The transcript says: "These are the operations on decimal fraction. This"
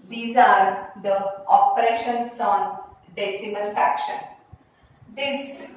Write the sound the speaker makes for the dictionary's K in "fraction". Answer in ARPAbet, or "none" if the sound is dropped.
K